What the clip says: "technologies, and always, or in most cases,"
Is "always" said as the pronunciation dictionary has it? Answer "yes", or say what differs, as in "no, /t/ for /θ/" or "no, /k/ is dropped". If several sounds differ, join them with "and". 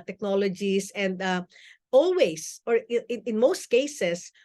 no, /s/ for /z/